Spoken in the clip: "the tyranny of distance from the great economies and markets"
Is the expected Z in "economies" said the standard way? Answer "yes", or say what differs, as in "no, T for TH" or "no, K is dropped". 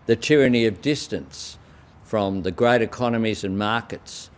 yes